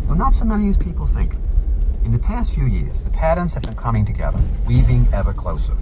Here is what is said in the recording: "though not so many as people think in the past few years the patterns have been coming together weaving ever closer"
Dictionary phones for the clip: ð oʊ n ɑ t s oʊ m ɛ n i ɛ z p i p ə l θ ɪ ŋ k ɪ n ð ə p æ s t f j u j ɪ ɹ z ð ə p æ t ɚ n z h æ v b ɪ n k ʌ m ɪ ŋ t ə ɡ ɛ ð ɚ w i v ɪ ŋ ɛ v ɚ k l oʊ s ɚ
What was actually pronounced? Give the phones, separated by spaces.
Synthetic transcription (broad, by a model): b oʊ n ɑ t s oʊ m ɛ n i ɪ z p i p l θ ɪ ŋ k ɪ n ð ə p æ s t f j u j ɪ ɹ z ð ə p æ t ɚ n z h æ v b ɪ n k ʌ m ɪ ŋ t ə ɡ ɛ ð ɚ w i v ɪ ŋ ɛ v ɚ k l oʊ s ɚ